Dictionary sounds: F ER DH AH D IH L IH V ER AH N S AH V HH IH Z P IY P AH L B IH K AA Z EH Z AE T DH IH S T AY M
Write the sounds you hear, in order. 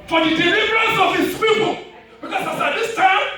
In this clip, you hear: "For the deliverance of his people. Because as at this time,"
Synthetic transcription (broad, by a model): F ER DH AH D IH L IH V ER AH N S AH V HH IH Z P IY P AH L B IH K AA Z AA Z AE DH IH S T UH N